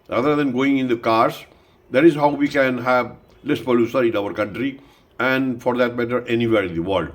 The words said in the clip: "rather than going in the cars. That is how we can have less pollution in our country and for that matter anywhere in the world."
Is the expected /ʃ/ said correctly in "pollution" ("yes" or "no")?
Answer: no